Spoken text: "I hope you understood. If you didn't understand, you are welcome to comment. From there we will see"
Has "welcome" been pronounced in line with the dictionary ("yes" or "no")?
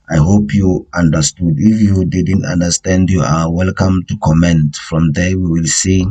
yes